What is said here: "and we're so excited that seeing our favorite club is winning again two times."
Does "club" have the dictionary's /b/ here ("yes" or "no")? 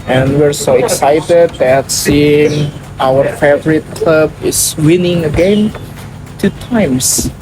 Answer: yes